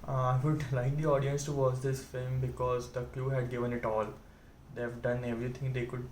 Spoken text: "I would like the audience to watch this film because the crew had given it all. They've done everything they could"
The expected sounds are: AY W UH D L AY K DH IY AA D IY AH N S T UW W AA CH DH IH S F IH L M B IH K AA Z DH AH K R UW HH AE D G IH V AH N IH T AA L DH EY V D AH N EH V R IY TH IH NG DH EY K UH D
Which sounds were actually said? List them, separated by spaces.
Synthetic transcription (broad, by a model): AY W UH D L AY K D IY AA D IY AH N S T UW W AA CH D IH S F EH M B IH K AA Z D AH K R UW HH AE D G IH V AH N IH T AA L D EY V D AH N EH V R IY T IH NG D EY K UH D